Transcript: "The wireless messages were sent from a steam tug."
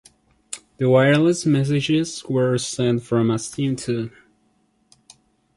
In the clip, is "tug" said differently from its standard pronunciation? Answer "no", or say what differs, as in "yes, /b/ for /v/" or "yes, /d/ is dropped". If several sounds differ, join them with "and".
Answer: yes, /ɡ/ is dropped